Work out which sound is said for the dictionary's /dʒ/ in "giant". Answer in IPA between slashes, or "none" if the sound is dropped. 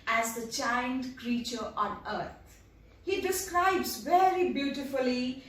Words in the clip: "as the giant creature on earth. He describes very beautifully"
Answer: /tʃ/